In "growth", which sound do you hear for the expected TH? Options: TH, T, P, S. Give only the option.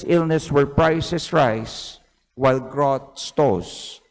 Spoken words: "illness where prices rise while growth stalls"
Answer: T